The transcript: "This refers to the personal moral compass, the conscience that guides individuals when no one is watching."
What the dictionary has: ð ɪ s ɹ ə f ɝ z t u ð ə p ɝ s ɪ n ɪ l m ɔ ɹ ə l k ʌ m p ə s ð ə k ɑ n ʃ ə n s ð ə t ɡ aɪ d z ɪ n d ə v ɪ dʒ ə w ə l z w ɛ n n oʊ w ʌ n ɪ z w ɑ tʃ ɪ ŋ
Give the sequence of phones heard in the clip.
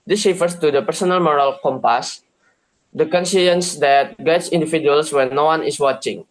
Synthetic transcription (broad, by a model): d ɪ s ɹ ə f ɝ s t u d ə p ɝ s ɪ n ɪ l m ɔ ɹ ə l k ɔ m p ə s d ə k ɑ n s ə n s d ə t ɡ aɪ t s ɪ n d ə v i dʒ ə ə l s w ɛ n n oʊ w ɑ n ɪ s w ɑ tʃ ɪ ŋ